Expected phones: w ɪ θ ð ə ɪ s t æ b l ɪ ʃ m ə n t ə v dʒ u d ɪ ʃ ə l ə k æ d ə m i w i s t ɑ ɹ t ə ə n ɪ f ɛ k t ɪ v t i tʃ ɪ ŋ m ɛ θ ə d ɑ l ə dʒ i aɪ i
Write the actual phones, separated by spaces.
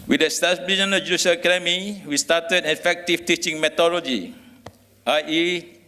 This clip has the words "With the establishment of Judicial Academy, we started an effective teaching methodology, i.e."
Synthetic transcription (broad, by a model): w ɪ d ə s t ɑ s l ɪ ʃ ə n ə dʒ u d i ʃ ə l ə k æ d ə m i w i s t ɑ t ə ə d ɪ f ɛ k t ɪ f t i tʃ ɪ ŋ m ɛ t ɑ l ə dʒ i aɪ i